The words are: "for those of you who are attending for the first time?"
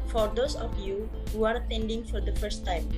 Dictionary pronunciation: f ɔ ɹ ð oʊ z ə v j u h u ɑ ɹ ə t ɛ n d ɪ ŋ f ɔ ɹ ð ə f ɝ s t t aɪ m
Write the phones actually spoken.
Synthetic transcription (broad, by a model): f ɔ ɹ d oʊ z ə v j u h u ɑ ɹ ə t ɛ n d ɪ ŋ f ɔ ɹ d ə f ɝ s t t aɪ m